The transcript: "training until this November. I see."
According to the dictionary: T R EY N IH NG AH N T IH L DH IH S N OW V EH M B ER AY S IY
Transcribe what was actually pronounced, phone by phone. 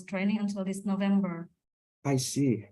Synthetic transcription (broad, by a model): T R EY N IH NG AH N T IH L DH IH S N OW V EH M B ER AY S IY